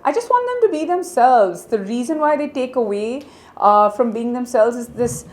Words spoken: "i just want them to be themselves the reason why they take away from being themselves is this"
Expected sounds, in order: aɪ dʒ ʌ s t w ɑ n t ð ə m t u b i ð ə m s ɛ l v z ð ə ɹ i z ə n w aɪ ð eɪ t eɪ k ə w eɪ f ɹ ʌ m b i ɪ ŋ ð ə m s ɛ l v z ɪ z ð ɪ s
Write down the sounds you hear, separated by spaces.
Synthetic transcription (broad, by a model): aɪ dʒ ʌ s t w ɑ n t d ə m t u b i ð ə m s ɛ l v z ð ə ɹ i z ə n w aɪ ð eɪ t eɪ k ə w eɪ f ɹ ʌ m b i ɪ ŋ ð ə m s ɛ l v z ɪ z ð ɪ s